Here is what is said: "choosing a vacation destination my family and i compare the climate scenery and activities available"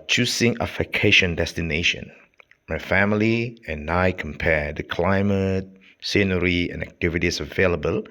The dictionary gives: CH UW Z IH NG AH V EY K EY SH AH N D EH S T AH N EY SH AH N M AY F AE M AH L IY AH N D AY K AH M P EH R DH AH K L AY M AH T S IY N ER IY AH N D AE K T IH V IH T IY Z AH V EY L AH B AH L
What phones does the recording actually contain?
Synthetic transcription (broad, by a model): CH UW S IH NG AH F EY K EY SH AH N D EH S T AH N EY SH AH N M AY F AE M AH L IY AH N AY K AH M P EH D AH K L AY M AH T S IY N ER IY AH N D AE K T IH V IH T IY S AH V EY L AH B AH L